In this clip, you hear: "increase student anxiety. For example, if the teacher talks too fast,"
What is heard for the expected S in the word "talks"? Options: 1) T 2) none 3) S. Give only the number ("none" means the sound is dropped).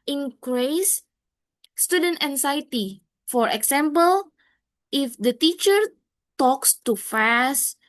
3